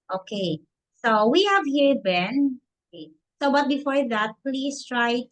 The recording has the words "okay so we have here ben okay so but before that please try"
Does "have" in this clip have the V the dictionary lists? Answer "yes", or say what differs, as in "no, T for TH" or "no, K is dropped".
yes